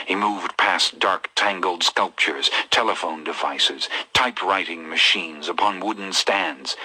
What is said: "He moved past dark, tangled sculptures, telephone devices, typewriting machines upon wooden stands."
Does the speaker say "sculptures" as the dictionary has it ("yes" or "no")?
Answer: yes